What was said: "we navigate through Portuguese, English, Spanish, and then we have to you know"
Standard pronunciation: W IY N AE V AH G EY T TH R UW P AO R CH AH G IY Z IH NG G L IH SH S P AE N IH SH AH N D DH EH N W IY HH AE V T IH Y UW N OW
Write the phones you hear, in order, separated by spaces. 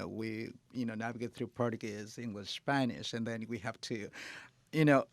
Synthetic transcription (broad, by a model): W IY N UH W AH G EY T TH R UW P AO R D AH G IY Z IH NG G L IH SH S P AE N IH SH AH N DH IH N W IY HH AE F T IH Y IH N OW